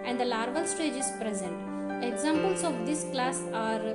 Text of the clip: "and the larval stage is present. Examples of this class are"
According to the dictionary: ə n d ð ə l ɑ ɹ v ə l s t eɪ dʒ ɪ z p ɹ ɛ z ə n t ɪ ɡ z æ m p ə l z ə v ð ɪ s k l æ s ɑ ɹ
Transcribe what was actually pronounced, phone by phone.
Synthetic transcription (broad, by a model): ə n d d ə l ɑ ɹ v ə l s t eɪ dʒ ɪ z p ɹ ɛ z ə n t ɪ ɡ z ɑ m p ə l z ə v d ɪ s k l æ s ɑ ɹ